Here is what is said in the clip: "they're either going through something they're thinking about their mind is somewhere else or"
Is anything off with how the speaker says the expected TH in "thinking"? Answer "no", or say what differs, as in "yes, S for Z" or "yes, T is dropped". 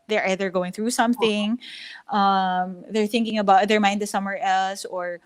no